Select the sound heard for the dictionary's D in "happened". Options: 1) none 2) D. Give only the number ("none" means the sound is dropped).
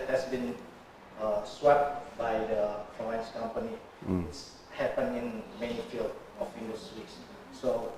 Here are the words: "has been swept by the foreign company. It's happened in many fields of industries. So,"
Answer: 1